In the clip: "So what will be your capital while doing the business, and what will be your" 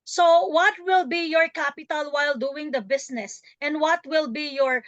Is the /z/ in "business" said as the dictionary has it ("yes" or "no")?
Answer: no